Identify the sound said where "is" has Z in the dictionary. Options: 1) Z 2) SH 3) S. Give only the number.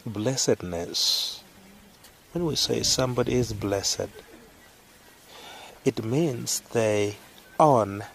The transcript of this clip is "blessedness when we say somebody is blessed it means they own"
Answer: 1